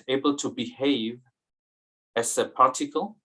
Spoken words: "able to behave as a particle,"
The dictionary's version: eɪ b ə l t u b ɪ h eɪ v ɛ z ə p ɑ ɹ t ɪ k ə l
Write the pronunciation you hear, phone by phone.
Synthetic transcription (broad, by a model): eɪ b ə l t u b ɪ h eɪ v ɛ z ə p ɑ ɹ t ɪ k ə l